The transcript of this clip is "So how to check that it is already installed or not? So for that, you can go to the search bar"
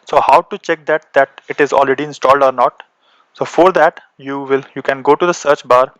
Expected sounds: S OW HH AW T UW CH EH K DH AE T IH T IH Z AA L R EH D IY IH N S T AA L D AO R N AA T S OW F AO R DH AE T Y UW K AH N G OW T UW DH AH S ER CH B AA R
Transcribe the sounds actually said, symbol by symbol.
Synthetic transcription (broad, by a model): S OW HH AW T UW CH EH K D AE T IH T IH Z AA L R EH D IY IH N S T AA L D AO R N AA T S OW F AO R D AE T Y UW K AH N G OW T UW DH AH S ER CH B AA R